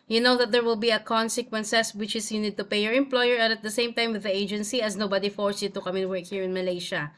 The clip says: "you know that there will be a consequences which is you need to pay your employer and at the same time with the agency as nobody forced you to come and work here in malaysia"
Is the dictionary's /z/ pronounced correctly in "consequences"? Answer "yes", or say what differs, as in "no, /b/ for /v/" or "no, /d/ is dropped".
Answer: no, /s/ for /z/